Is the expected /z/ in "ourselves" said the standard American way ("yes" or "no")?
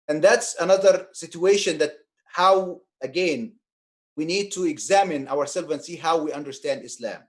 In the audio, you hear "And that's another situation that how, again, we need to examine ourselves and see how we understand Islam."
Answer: no